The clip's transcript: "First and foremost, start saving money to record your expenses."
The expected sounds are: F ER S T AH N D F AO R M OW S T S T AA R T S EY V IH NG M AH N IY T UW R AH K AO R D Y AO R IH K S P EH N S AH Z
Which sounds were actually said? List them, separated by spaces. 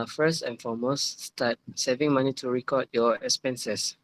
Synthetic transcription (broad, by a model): F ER S T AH N F AO M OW S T S T AA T S EY V IH NG M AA N IY T UW R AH K AO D Y AO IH K S P EH N S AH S